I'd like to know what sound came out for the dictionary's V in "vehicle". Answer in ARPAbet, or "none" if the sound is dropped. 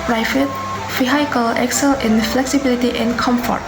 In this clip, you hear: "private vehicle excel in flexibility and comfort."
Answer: F